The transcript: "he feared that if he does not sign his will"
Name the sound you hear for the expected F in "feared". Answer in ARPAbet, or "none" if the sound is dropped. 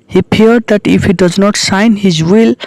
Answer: P